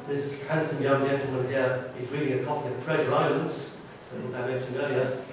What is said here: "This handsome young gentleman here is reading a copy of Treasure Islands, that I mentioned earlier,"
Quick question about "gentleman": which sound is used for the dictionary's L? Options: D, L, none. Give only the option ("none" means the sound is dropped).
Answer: none